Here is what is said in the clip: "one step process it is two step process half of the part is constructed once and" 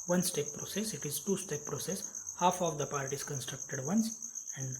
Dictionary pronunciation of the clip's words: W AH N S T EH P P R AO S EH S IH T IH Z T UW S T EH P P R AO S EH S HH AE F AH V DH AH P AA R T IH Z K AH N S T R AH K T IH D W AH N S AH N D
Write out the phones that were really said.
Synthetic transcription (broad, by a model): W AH N S T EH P P R AO S EH S IH T IH Z T UW S T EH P P R AO S EH S HH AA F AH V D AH P AA R T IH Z K AH N S T R AH K T IH D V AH N S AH N D